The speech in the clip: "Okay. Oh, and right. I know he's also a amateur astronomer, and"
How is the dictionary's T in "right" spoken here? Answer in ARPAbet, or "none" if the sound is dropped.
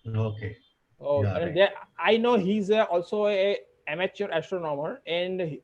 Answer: none